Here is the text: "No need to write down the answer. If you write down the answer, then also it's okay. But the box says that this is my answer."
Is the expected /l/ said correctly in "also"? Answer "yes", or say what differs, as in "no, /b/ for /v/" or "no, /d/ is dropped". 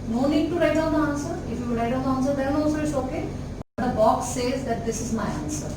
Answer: no, /l/ is dropped